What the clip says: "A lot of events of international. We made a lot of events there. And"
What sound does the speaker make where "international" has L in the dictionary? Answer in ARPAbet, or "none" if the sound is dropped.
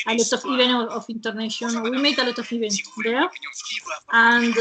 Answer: N